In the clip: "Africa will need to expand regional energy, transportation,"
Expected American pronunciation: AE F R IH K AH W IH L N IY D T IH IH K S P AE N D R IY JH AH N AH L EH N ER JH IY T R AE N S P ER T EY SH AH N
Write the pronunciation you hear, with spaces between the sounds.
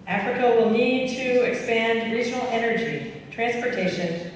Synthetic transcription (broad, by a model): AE F R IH K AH W IH L N IY D T IH IH K S P AE N D R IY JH N L EH N ER JH IY T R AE N S P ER T EY SH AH N